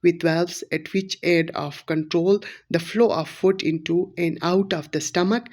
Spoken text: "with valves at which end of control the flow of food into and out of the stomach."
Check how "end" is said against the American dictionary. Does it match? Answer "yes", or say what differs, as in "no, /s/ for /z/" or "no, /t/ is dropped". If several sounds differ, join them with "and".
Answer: no, /n/ is dropped